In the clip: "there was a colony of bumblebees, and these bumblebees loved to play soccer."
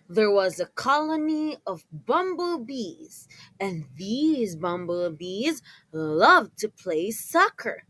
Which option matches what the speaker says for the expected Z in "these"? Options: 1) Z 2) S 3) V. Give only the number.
1